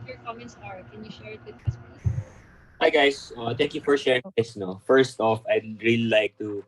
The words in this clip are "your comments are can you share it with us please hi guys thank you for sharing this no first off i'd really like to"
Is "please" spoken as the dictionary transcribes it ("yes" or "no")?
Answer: no